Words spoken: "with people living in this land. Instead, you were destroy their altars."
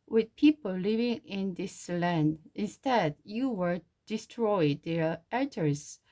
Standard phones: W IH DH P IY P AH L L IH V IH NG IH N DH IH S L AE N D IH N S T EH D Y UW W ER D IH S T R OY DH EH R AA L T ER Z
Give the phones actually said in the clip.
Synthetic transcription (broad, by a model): W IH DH P IY P AH L L IH V IH NG IH N DH IH S L AE N D IH N S T EH D Y UW W ER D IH S T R OY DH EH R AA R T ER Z